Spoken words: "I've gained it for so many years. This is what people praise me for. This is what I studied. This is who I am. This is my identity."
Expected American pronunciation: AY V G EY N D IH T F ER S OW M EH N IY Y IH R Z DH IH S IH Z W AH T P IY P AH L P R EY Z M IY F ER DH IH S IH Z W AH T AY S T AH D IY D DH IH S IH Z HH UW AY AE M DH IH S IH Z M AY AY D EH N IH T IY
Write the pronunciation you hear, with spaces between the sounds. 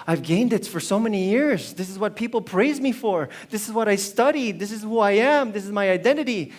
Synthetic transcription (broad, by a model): AY V G EY N D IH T F ER S OW M EH N IY Y IH R Z DH IH S IH Z W AH T P IY P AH L P R EY Z M IY F ER DH IH S IH Z W AH T AY S T AH D IY D DH IH S IH Z HH UW AY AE M DH IH S IH Z M AY AY D EH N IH T IY